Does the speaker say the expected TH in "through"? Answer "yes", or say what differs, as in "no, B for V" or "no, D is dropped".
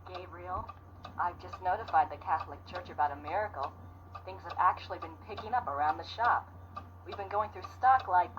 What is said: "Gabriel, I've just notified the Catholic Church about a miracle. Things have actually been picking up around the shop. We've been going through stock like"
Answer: yes